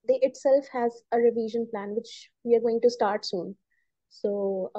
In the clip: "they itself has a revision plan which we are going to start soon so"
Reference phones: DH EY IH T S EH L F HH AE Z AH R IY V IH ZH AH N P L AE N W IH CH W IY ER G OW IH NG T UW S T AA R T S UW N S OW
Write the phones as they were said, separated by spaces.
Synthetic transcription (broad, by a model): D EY IH T S EH L F HH AE Z AH R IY V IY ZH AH N P L AE N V IH CH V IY ER G OW IH NG T UW S T AA R T S UW N S OW